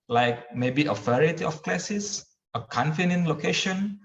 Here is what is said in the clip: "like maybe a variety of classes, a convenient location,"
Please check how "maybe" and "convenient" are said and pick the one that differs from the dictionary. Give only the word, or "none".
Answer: convenient